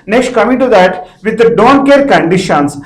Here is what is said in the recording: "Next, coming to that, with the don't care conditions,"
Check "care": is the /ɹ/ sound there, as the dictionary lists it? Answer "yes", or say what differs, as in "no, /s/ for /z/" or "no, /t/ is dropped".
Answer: yes